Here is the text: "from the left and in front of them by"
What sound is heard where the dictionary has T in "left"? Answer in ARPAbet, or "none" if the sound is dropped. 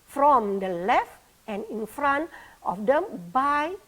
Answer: T